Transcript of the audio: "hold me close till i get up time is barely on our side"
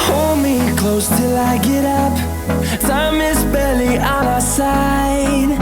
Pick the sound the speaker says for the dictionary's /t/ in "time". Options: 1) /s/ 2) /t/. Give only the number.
1